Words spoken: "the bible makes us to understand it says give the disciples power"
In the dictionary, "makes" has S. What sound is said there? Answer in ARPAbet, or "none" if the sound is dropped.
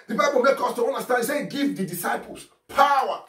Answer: none